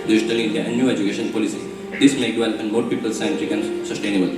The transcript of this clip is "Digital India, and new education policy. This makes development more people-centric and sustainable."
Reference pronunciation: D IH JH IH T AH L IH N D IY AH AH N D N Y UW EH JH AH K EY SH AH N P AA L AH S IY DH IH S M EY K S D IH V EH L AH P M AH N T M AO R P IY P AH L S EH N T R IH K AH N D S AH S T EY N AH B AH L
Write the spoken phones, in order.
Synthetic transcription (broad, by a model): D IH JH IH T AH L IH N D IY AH AH N D N Y UW EH JH AH K EY SH AH N P AA L AH S IY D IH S M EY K D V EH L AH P AH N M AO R P IY P AH L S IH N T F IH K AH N S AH S T EY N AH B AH L